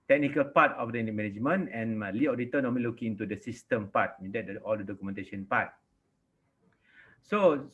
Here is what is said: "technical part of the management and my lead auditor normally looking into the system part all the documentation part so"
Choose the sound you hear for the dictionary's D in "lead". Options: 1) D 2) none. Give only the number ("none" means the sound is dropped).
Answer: 2